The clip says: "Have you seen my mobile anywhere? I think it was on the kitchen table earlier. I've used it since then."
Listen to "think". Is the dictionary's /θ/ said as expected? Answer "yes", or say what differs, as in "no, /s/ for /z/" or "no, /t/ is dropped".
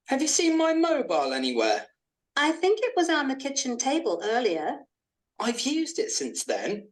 yes